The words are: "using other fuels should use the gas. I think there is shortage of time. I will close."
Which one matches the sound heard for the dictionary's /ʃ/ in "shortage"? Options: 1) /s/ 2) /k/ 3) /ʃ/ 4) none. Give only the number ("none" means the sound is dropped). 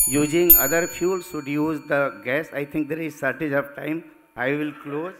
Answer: 1